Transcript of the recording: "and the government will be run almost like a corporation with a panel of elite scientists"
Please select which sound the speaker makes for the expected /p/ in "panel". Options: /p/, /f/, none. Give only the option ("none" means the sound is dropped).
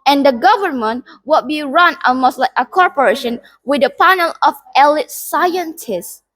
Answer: /p/